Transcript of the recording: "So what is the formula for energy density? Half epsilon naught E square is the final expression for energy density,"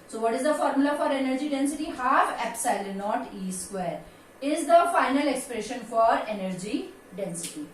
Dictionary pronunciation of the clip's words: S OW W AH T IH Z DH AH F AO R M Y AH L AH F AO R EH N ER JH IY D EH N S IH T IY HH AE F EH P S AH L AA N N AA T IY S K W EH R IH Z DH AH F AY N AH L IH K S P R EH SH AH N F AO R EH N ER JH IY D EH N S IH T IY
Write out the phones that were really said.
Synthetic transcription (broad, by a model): S OW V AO T IH Z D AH F AO R M Y AH L AH F AO R EH N ER JH IY D EH N S IH T IY HH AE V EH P S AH IH L N AA T IY S K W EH R IH Z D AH F AY N AH L IH K S P R EH SH AH N F AO R EH N ER JH IY D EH N S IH T IY